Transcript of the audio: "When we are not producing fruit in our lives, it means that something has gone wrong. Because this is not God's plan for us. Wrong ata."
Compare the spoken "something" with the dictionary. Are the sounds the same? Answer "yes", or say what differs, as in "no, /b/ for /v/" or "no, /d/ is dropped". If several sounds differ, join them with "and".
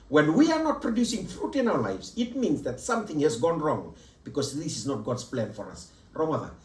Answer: yes